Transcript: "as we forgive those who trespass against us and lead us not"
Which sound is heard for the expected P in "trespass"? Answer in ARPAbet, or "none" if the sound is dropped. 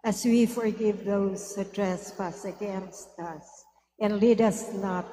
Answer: F